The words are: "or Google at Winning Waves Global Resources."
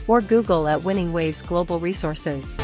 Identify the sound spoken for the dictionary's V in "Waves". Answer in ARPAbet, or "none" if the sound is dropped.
V